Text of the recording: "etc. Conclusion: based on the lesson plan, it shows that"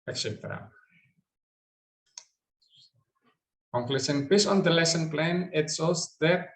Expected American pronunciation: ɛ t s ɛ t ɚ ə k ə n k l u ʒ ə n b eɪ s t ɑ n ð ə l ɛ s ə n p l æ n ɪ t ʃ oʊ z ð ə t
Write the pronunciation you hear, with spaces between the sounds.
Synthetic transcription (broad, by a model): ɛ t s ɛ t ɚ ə k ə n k l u s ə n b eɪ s ɑ n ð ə l ɛ s ə n p l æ n ɪ t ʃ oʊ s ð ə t